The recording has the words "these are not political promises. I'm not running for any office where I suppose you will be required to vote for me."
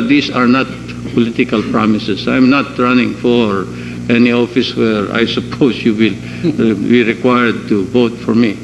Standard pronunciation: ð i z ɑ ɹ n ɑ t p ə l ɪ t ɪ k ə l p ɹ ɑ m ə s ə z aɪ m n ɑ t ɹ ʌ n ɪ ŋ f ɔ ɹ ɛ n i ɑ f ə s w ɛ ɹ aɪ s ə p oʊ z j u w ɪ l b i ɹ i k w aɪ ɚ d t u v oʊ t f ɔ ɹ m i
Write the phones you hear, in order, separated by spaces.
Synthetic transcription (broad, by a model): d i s ɑ ɹ n ɑ t p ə l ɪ t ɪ k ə l p ɹ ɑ m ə s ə s aɪ m n ɑ t ɹ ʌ n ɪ ŋ f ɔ ɹ ɛ n i ɑ f ə s w ɛ ɹ aɪ s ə p oʊ s j u w ɪ l b i ɹ i k w aɪ ɚ d t u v oʊ t f ɔ ɹ m i